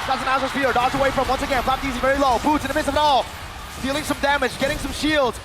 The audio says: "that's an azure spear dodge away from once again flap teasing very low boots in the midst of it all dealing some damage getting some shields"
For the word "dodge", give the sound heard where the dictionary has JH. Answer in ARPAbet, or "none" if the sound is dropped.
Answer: Z